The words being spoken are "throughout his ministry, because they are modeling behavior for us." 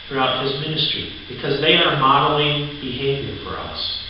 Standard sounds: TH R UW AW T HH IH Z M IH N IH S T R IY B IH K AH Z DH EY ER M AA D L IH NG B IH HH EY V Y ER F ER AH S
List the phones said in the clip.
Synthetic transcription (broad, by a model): TH R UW AW T HH IH Z M IH N IH S T R IY B IH K AH Z DH EY ER M AA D L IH B IH HH EY V Y ER F ER AH S